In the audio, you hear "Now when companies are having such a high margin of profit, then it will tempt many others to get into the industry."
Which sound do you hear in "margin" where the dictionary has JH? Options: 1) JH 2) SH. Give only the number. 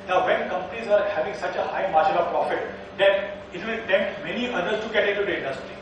2